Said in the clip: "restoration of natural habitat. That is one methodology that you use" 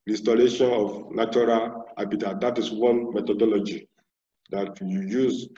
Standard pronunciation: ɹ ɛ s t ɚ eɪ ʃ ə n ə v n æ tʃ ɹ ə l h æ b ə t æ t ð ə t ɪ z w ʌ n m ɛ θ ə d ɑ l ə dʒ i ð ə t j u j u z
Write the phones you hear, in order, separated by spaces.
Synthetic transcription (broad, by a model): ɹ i s t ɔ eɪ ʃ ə n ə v n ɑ tʃ ɹ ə l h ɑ b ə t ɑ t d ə t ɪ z w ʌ n m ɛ t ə d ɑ l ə dʒ i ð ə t j u j u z